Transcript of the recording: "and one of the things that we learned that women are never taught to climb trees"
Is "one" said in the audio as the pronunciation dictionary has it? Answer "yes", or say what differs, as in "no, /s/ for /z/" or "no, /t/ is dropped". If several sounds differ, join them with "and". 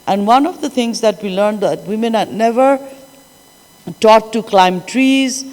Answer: yes